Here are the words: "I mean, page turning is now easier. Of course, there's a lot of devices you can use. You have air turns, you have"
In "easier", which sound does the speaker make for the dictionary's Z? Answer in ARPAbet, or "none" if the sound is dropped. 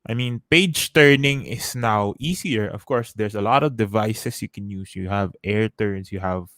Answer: S